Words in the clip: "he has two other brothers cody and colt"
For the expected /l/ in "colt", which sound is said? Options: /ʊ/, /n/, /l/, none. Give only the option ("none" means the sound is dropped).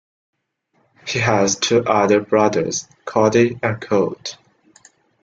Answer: none